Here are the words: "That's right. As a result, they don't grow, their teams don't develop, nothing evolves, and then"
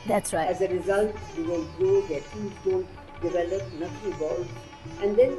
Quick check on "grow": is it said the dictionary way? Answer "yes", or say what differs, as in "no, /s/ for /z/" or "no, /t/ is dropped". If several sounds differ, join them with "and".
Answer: no, /ɹ/ is dropped